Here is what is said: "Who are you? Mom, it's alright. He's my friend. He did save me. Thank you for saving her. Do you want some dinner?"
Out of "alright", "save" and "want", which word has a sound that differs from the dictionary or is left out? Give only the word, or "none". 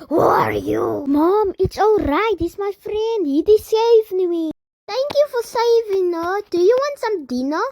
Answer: none